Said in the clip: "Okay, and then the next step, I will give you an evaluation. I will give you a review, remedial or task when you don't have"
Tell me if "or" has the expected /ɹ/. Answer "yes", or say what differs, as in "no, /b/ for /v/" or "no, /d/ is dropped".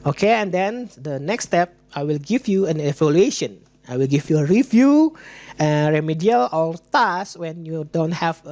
no, /l/ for /ɹ/